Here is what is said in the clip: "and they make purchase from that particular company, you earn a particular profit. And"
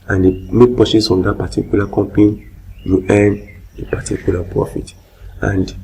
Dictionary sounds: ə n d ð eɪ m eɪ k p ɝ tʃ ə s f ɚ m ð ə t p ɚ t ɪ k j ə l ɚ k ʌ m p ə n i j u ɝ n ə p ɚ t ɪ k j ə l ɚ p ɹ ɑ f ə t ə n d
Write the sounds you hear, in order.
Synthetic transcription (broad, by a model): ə n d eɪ m eɪ k p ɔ s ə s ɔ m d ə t p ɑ t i k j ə l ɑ k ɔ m p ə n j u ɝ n ə p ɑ t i k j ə l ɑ p ɹ ɑ f ə t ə n d